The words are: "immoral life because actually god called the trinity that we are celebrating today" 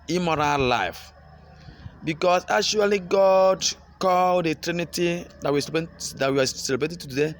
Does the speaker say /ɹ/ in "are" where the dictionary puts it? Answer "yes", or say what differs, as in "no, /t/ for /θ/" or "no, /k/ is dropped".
no, /w/ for /ɹ/